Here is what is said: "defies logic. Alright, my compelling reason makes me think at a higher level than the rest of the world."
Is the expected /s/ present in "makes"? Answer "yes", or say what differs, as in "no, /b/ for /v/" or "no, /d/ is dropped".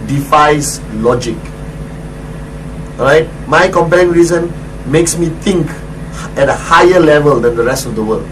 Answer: yes